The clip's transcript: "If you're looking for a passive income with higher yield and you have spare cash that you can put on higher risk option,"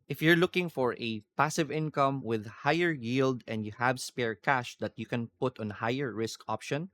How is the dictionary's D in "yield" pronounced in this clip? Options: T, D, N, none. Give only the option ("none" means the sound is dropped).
D